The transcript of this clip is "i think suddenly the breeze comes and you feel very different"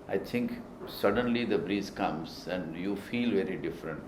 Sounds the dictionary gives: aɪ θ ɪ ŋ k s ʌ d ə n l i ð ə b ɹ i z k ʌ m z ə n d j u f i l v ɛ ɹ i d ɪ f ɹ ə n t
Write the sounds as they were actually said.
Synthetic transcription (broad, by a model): aɪ t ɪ ŋ k s ʌ d ə n l i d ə b ɹ i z k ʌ m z ə n d j u f i l v ɛ ɹ i d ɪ f ɹ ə n t